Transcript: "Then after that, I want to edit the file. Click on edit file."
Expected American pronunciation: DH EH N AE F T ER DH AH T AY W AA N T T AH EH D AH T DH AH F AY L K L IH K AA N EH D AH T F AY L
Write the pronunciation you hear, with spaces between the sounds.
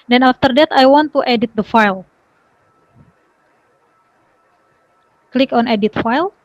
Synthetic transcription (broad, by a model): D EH N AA F T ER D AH T AY W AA N T T EH D AH T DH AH F AY L K L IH K AA N EH D AH T F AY L